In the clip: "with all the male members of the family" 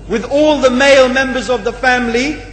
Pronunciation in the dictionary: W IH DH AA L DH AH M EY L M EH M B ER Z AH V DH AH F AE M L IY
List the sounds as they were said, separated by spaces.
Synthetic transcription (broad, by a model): W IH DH AA L DH AH M EY L M EH M B ER Z AH V DH AH F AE M L IY